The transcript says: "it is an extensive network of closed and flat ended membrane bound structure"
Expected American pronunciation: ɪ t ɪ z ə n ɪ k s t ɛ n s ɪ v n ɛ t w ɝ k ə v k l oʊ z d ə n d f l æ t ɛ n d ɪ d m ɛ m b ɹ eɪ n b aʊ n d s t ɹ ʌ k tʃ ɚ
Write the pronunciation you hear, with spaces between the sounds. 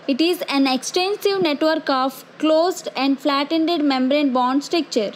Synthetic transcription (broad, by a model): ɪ t ɪ z ə n ɪ k s t ɛ n s ɪ v n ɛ t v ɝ k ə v k l oʊ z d ə n d f l æ t ɛ n d ɪ d m ɛ m b ɹ eɪ n b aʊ n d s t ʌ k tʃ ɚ